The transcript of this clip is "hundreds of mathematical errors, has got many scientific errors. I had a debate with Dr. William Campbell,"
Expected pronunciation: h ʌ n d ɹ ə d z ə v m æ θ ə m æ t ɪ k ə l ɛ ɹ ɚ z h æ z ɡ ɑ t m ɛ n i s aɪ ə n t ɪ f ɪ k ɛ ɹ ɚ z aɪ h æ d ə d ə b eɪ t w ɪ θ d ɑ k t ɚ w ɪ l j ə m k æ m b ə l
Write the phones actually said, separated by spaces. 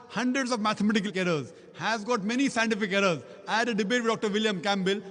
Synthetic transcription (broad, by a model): h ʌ n d ɹ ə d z ə v m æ t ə m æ t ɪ k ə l ɛ ɹ ɚ z h æ z ɡ ɑ t m ɛ n i s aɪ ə n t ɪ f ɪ k ɛ ɹ ɚ z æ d ə d ə b eɪ t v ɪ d d ɑ k t ɚ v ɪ l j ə m k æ m b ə l